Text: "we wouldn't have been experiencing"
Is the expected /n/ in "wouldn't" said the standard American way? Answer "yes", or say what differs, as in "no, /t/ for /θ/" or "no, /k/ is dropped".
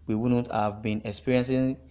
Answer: no, /n/ is dropped